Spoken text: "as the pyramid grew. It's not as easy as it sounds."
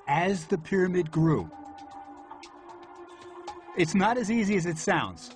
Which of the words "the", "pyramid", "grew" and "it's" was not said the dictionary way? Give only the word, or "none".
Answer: none